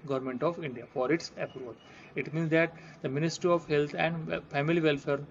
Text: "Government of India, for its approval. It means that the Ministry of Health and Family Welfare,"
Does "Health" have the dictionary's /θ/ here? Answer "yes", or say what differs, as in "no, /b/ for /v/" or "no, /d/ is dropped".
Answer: no, /t/ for /θ/